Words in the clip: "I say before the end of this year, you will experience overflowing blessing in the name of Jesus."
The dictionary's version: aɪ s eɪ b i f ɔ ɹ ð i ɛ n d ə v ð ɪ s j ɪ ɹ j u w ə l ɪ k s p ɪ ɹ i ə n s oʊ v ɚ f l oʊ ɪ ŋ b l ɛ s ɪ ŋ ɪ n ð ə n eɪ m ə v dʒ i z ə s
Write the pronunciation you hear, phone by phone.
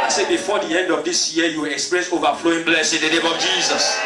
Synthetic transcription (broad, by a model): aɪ s eɪ b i f ɔ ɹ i ɛ n d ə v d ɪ s j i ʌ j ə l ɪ k s p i ɹ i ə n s oʊ v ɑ f l oʊ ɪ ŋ b l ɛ s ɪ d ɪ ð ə n eɪ m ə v dʒ i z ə s